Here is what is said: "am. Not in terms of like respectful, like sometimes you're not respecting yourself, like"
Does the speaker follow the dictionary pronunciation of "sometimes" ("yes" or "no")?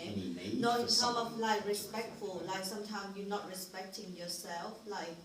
no